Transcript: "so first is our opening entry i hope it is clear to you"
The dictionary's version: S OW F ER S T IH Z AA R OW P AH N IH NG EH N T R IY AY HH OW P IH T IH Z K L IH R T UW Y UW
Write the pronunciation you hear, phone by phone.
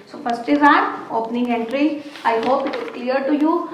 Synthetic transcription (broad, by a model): S OW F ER S T IH Z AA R OW P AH N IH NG EH N T R IY AY HH OW P IH T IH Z K L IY R T UW Y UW